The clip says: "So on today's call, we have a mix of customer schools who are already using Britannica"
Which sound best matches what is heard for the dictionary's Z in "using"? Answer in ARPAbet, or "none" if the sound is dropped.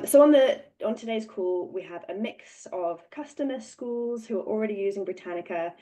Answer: Z